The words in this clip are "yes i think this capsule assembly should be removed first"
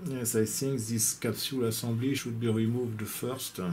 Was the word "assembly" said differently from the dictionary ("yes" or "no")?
yes